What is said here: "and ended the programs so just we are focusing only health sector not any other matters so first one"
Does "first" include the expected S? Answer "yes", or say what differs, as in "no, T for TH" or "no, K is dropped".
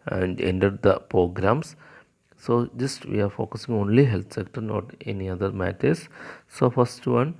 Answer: yes